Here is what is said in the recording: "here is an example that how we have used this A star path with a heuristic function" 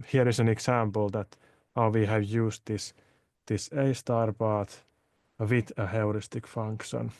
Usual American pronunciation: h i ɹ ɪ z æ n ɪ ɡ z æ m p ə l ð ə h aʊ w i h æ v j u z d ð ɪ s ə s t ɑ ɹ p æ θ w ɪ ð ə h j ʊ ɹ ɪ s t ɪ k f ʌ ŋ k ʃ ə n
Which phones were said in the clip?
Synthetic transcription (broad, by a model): h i ɹ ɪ s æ n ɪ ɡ s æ m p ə l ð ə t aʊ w i h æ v j u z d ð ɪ s ə s t ɑ ɹ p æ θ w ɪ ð ə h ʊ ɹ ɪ s t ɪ k f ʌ ŋ k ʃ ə n